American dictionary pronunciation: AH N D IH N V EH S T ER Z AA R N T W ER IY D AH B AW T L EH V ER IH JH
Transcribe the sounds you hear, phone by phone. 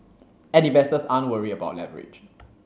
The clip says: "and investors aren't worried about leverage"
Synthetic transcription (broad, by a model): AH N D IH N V EH S T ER S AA N W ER IY AH B AW T L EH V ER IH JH